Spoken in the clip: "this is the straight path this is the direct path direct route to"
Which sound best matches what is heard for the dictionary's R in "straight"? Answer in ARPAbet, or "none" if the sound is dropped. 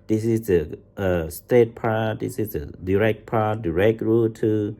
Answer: none